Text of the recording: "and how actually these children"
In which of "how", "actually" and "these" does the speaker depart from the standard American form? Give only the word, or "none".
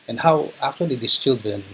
these